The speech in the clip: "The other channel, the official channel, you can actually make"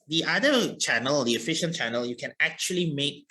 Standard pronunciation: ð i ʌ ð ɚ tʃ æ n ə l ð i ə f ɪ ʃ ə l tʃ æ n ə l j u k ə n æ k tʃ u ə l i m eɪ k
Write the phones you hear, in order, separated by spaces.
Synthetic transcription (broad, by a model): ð i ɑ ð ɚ tʃ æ n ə l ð i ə f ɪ ʃ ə n tʃ æ n ə l j u k ə n æ k tʃ u ə l i m eɪ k